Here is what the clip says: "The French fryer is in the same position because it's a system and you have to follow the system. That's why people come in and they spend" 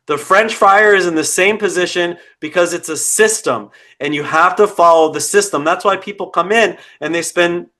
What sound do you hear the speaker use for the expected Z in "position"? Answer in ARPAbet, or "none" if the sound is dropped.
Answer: Z